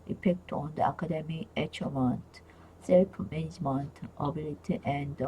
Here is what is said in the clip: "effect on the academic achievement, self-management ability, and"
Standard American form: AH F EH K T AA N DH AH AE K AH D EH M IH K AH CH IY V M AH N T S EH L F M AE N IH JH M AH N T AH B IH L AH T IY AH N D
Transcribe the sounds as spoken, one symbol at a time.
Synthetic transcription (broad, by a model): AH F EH K T AA N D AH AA K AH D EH M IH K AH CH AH M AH N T S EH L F M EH N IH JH M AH N T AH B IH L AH T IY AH N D